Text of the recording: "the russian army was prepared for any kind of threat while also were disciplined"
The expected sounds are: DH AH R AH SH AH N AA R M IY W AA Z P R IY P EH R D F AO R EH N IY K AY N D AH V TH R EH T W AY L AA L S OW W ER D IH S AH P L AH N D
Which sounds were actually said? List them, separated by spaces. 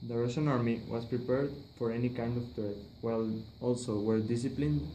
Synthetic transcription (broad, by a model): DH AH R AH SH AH N AA R M IY W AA S P R IY P EH R D F AO R EH N IY K AY N D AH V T R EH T W AY L AA L S OW W ER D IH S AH P L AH N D